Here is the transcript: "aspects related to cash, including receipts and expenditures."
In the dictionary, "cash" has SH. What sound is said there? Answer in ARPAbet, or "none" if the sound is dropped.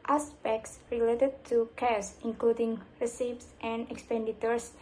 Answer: S